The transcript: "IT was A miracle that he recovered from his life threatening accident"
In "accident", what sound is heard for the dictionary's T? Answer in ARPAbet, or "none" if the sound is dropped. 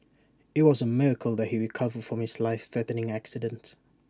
T